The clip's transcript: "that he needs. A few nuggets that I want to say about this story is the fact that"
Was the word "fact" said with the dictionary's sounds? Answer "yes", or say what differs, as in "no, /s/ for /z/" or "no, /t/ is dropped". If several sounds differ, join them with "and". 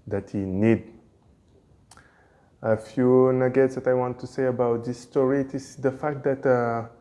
yes